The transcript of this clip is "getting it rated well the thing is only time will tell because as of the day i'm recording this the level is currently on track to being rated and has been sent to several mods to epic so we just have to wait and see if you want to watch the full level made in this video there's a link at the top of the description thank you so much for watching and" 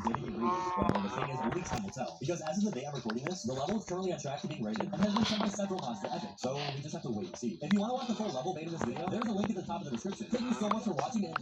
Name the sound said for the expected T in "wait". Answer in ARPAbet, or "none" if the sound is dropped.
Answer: none